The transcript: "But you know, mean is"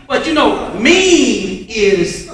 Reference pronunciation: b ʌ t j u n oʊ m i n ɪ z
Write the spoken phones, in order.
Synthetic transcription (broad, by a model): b ʌ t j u n oʊ m i ɪ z